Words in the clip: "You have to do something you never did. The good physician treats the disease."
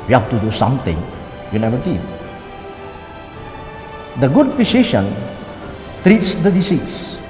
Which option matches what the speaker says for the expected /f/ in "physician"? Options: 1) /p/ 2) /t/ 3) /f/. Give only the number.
1